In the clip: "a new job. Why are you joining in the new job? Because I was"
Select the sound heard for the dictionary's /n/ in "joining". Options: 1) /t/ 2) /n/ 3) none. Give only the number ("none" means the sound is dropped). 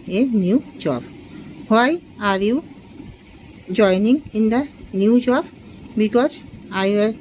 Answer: 2